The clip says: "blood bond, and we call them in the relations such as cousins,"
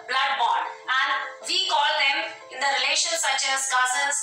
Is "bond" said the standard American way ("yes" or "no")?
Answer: no